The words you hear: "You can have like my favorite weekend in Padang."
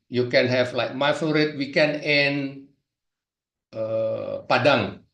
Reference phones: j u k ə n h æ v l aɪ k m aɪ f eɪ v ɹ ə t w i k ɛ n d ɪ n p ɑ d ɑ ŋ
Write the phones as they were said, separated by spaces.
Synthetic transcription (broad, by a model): j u k ə n h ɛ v l aɪ k m aɪ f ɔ ɹ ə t w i k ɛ n ɪ n p ɑ d ɑ ŋ